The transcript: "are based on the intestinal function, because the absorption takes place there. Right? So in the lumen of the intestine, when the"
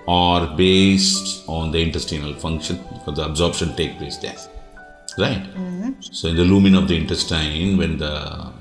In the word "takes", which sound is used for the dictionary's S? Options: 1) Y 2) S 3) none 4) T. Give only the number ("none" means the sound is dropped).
3